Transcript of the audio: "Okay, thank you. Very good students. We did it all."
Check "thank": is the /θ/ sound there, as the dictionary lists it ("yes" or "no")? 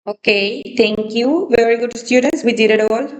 no